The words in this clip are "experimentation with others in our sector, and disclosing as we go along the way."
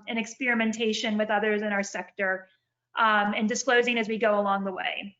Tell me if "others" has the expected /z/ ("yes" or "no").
yes